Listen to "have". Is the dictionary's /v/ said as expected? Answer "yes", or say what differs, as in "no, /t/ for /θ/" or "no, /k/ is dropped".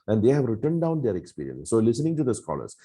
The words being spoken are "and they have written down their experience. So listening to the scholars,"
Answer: yes